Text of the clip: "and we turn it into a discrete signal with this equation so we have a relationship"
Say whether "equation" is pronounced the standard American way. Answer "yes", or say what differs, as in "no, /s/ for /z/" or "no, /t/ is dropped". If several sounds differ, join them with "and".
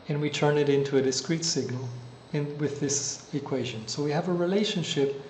yes